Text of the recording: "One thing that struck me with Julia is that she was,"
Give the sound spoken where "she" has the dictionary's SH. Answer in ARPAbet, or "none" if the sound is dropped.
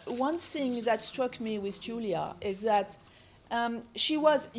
SH